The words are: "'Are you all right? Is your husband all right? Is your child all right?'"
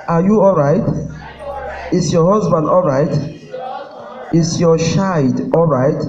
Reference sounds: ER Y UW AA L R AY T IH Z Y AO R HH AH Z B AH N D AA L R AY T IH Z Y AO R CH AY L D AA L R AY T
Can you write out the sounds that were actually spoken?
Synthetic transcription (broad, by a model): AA Y UW AA L R AY T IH S Y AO HH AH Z B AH N D AA L R AY T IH S Y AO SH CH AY D AA L R AY T